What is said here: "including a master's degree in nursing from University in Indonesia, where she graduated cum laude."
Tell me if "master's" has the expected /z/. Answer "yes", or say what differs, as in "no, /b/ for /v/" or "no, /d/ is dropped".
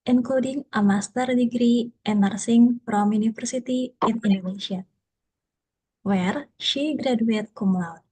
no, /z/ is dropped